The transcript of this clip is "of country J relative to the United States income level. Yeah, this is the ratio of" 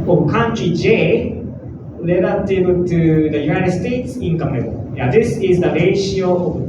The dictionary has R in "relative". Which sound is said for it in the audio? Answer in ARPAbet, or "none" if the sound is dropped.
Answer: L